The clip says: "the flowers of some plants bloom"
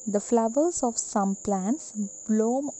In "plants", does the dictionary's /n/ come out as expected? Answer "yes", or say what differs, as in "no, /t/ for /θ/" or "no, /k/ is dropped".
yes